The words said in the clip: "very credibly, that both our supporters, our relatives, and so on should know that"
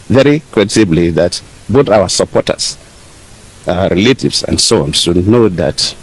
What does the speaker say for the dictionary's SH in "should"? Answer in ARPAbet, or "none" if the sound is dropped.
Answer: S